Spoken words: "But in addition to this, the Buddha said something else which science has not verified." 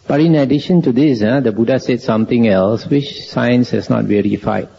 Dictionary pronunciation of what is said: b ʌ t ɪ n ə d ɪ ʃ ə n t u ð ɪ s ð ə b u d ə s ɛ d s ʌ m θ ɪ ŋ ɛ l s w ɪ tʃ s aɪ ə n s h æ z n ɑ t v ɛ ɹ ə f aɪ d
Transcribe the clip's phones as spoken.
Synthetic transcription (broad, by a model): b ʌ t ɪ n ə d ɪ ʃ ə n t u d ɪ s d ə b u d ə s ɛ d s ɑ m t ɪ ŋ ɛ l s w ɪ tʃ s aɪ ə n s h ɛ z n ɑ t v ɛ ɹ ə f aɪ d